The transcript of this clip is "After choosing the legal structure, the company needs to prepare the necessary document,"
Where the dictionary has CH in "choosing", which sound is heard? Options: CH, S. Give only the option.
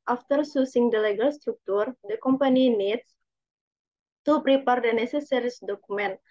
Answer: S